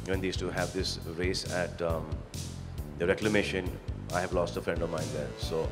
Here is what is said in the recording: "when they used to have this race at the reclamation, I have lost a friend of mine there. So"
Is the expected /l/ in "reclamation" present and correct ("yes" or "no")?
yes